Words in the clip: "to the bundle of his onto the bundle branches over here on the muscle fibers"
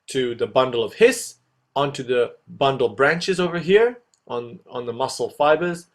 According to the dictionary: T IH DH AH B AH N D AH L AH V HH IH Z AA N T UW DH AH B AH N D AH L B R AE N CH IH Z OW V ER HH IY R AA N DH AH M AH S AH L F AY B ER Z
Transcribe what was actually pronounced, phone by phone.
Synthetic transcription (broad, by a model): T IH DH AH B AH N D L AH V HH IH S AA N T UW DH AH B AH N D L B R AE N CH IH Z OW V ER HH IY R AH N DH AH M AH S L F AY B ER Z